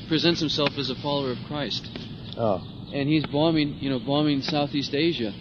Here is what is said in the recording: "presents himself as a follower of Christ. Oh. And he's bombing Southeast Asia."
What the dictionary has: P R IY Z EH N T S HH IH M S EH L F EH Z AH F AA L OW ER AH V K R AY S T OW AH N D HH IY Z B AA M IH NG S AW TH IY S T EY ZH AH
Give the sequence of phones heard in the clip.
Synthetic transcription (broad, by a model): P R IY Z EH N T S HH IH M S EH L F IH Z AH F AA L OW ER AH V K R AY S T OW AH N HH IY Z B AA M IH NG S AW TH IY S T EY ZH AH